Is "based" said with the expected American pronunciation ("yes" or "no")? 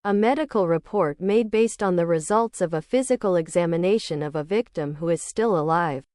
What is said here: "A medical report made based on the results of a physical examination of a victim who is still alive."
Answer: yes